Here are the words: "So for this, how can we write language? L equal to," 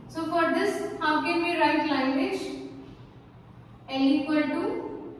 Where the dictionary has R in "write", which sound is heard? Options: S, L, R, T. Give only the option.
R